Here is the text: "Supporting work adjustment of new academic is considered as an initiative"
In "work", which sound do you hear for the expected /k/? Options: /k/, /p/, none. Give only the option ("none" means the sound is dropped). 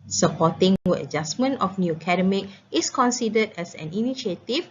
none